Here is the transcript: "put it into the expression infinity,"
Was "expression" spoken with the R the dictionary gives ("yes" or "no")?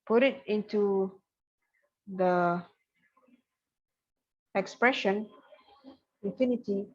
yes